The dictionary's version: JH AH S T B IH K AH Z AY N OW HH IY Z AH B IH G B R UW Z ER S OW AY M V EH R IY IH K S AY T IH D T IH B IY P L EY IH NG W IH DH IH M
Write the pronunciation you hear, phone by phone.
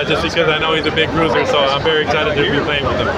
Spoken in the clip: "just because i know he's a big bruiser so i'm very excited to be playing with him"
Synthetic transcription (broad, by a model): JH AH S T B IH K AH Z AY N OW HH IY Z AH B IH G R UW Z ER S OW AY M V EH R IY IH K S AY T IH D T IH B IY P L EY IH NG W IH DH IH M